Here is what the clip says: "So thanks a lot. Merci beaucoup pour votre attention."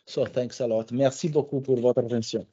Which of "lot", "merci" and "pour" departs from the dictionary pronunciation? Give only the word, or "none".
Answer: none